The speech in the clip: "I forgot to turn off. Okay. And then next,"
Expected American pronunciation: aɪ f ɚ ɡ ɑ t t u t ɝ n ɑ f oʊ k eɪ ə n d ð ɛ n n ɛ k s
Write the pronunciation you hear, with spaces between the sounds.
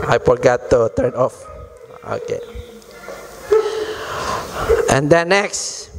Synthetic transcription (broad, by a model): aɪ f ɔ ɡ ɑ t t u t ɝ n ɑ f oʊ k eɪ ə n d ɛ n n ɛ k s